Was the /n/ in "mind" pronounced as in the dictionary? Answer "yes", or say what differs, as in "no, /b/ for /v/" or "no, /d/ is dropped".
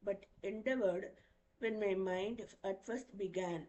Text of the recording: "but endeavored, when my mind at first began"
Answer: yes